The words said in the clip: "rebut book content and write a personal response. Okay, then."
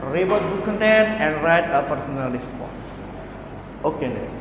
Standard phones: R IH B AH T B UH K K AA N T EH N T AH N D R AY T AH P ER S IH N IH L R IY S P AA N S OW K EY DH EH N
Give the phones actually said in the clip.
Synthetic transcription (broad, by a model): R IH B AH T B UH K K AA N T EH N AH N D R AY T AH P ER S IH N IH L R IY S P AA N S OW K EY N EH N